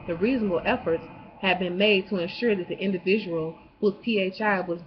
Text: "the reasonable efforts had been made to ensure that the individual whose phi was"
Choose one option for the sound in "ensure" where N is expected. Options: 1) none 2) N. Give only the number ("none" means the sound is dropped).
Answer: 2